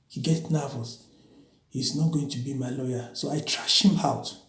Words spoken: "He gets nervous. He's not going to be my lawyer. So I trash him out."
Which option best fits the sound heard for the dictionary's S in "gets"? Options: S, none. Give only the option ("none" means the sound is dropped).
none